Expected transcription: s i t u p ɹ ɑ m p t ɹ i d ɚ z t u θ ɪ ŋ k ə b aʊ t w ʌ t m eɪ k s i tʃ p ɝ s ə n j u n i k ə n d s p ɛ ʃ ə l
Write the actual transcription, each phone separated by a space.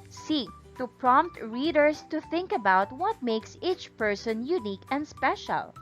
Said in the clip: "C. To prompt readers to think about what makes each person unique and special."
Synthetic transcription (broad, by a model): s i t u p ɹ ɑ m p t ɹ i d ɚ s t u θ ɪ ŋ k ə b aʊ t w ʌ t m eɪ k s i tʃ p ɝ s ə n j u n i k ə n d s p ɛ ʃ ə l